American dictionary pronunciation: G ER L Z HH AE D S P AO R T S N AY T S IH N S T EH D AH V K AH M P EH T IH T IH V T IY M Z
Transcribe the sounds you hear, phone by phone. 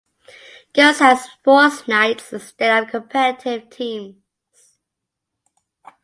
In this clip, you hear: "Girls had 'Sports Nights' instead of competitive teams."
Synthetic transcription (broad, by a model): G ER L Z HH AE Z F AO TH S N AY T S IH S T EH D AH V K AH M P EH T IH T IH V T IY M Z